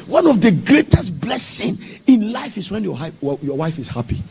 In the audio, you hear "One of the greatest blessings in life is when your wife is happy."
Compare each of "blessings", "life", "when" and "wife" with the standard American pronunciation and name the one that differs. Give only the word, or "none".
blessings